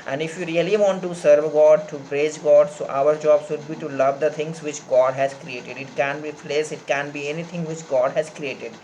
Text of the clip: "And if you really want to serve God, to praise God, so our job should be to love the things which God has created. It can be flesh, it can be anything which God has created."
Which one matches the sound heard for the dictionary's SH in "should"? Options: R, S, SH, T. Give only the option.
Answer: S